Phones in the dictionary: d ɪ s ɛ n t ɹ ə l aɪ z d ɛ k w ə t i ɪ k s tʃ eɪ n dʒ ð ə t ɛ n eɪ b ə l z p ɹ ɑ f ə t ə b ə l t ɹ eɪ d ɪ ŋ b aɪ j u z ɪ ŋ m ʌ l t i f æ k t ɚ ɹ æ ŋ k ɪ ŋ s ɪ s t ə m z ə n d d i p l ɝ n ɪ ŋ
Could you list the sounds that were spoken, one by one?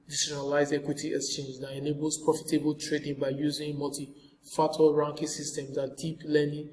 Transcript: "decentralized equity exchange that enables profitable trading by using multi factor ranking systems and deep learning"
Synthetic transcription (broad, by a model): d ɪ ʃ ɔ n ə l aɪ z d ɛ k w ə t i ɪ k s tʃ eɪ n dʒ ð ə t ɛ n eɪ b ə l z p ɹ ɑ f ə t ə b ə l t ɹ eɪ d ɪ ŋ b aɪ j u z ɪ ŋ m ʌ l t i f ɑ t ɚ ɹ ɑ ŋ k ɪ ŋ s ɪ s t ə m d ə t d d i p l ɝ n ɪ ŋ